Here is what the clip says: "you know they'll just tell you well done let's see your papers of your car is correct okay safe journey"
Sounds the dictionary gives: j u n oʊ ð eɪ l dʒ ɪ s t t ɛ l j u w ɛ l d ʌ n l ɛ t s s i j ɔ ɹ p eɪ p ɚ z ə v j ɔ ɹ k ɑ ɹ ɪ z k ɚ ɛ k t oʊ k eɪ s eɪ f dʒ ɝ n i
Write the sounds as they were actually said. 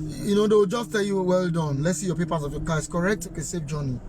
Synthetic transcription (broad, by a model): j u n oʊ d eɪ w dʒ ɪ s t t ɛ l j u w ɛ l d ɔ n l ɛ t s s i j ɔ p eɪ p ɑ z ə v j ɔ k ɑ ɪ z k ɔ ɛ k t oʊ k eɪ s eɪ f dʒ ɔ n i